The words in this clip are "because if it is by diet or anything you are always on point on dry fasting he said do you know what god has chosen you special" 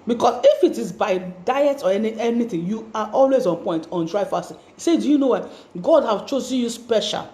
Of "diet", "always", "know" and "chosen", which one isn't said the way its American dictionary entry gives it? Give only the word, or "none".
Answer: none